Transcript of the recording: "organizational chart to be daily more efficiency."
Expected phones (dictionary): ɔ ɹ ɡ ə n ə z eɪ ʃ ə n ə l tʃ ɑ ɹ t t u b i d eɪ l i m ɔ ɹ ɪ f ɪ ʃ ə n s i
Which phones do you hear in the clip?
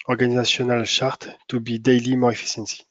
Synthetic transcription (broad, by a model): ɔ ɹ ɡ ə n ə z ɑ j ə n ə l ʃ ɑ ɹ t t u b i d eɪ l i m ɔ ɹ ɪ f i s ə n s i